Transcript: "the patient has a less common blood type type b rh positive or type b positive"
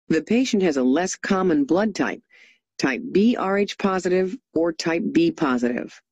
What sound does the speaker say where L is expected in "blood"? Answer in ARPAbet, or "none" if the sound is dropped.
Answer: L